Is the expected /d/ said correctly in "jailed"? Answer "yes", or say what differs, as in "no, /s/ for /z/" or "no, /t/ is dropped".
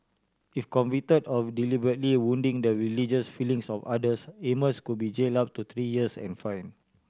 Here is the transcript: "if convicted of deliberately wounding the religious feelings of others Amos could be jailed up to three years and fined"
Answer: no, /d/ is dropped